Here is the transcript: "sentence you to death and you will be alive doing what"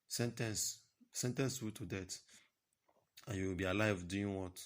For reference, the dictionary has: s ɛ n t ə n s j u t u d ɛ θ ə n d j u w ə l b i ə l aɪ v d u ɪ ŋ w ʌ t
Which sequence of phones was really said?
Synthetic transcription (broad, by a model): s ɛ n t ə n s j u t u d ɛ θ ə n j u w ə l b i ə l aɪ v d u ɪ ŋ w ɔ t